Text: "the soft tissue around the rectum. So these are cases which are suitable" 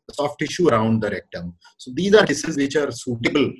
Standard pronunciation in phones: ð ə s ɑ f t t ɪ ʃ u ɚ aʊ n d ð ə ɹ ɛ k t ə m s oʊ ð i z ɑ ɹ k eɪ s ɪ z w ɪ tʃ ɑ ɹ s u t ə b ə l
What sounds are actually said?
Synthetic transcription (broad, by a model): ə s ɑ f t t ɪ ʃ u ɚ aʊ n d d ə ɹ ɛ k t ə m s oʊ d i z ɑ ɹ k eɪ s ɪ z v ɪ tʃ ɑ ɹ s u t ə b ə l